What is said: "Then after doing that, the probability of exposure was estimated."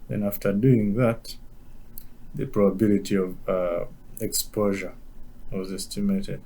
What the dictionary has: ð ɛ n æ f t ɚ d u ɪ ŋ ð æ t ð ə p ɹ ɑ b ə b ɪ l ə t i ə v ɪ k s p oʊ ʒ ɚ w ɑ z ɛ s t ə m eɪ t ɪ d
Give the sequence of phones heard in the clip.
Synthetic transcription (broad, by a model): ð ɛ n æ f t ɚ d u ɪ ŋ ð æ t ð ə p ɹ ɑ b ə b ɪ l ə t i ə v ɪ k s p oʊ ʒ ɚ w ɑ z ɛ s t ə m eɪ t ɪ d